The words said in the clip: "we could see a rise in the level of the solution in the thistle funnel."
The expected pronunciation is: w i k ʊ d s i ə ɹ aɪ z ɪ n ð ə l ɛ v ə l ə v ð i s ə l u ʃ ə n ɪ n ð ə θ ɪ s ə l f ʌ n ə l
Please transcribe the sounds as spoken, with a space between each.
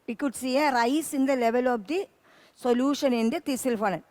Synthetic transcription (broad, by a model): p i k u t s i ə ɹ aɪ s ɪ n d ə l ɛ v ə l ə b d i s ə l u ʃ ə n ɪ n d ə t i s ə l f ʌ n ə